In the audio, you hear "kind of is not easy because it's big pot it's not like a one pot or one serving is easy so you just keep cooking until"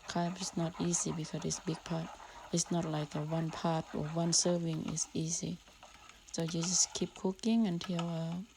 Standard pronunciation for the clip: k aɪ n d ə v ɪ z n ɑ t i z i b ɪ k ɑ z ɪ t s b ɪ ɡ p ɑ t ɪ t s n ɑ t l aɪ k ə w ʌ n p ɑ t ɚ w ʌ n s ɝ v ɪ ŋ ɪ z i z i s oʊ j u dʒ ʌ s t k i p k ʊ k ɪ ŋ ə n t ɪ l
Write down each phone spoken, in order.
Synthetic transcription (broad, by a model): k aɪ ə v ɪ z n ɑ t i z i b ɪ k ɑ ɪ t s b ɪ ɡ p ɑ t ɪ t s n ɑ t l aɪ k ə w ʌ n p ɑ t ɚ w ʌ n s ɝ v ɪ ŋ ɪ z i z i s oʊ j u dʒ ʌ s k i p k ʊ k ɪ ŋ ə n t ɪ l